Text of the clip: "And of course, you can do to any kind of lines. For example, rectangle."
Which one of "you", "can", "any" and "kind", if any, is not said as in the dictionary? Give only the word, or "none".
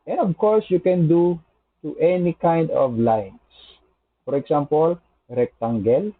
none